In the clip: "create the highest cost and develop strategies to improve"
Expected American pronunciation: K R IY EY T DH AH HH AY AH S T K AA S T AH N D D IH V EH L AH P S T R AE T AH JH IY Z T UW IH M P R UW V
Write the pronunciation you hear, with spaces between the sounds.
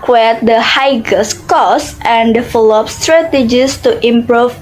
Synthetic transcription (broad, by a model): K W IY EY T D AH HH AY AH S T K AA S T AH N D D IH F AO L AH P S T R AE T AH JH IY S T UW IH M P R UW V